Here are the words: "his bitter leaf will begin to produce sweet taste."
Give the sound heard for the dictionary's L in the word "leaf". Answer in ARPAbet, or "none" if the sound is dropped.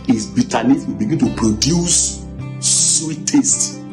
N